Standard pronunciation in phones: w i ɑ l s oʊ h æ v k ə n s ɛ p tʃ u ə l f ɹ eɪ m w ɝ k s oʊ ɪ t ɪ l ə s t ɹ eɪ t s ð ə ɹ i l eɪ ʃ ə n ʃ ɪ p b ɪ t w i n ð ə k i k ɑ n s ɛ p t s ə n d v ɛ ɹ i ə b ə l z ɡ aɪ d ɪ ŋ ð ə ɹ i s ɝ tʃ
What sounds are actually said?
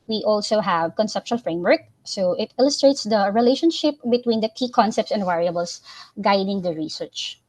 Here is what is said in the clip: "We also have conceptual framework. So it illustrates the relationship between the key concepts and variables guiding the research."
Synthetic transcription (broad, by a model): w i ɑ l s oʊ h æ v k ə n s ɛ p ʃ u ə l f ɹ eɪ m w ɝ k s oʊ ɪ t ɪ l ə s t ɹ eɪ t s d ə ɹ i l eɪ ʃ ə n ʃ ɪ p b ɪ t w i n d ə k i k ɑ n s ɛ p t s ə n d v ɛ ɹ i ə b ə l s ɡ aɪ d ɪ ŋ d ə ɹ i s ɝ tʃ